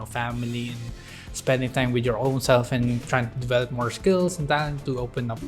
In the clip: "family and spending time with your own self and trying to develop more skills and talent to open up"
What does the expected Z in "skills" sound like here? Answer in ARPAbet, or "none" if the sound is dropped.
S